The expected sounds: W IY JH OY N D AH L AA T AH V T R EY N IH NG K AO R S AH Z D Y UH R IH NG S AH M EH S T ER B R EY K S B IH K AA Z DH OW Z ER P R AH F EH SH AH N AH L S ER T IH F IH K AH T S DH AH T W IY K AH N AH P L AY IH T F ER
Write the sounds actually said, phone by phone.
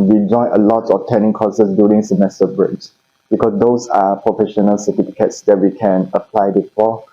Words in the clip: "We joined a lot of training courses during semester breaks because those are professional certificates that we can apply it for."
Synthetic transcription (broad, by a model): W IY JH OY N AH L AA T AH F T EY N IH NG K AO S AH S D Y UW R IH NG S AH M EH S T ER B R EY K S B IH K AA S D OW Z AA P R AH F EH SH AH N AH L S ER T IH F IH K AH T S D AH T W IY K AH N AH P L AY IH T F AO